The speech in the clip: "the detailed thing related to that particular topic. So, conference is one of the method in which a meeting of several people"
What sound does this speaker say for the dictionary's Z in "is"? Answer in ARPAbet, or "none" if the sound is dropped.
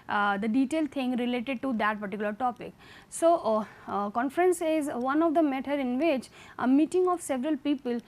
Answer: Z